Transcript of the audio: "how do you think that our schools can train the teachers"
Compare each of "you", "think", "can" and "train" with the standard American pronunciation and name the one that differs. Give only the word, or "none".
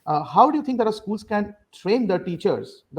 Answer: think